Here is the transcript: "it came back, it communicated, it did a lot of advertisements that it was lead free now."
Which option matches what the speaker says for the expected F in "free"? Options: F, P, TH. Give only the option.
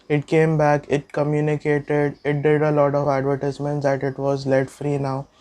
F